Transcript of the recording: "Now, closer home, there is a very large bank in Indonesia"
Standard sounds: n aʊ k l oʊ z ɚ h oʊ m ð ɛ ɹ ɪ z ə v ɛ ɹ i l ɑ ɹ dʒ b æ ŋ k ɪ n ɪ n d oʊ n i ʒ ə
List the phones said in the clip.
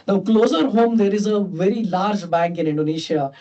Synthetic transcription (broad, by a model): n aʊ k l oʊ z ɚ h oʊ m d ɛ ɹ ɪ z ə v ɛ ɹ i l ɑ ɹ dʒ b æ ŋ k ɪ n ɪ n d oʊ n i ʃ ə